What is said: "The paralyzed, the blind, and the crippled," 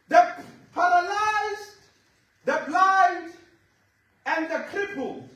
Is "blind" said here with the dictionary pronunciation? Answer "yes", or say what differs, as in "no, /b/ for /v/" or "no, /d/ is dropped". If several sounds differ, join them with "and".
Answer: no, /n/ is dropped